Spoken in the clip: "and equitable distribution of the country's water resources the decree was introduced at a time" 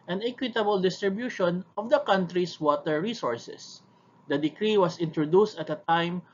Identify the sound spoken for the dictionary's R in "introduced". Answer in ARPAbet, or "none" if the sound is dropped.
R